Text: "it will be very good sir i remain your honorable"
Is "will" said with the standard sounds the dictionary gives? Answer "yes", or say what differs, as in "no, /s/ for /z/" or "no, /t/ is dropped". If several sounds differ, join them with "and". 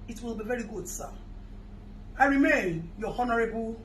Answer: yes